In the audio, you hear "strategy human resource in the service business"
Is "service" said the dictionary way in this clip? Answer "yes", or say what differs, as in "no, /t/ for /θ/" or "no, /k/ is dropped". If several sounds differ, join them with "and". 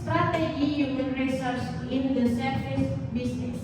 no, /f/ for /v/